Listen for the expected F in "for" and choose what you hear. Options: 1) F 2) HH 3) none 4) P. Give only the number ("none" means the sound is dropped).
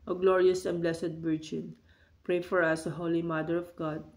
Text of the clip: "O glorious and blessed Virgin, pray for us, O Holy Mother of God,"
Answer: 1